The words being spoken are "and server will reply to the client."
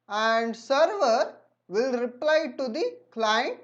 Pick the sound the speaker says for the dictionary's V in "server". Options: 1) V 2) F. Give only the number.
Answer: 1